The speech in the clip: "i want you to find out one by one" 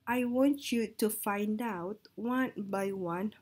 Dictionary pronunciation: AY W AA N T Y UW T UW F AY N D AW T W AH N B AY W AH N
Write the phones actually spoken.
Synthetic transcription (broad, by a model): AY W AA N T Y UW T UW F AY N D AW T W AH N B AY W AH N